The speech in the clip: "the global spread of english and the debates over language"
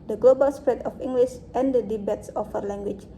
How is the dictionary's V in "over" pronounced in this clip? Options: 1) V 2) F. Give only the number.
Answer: 2